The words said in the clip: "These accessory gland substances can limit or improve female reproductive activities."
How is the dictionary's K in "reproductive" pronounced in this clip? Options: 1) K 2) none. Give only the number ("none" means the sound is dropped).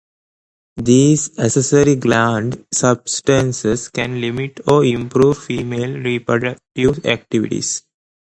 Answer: 1